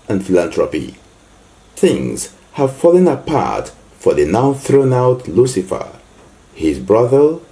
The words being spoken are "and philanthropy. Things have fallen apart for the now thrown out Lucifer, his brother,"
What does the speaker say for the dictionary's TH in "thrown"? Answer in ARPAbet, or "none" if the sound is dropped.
TH